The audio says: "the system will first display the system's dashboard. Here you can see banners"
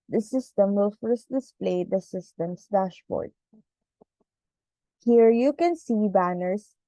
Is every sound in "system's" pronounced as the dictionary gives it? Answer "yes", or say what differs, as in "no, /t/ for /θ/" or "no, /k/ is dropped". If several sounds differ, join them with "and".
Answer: no, /s/ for /z/